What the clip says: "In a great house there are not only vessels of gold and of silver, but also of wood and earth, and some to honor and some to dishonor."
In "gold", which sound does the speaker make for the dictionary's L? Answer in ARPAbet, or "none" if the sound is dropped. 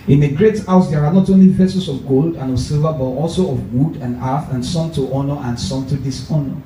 L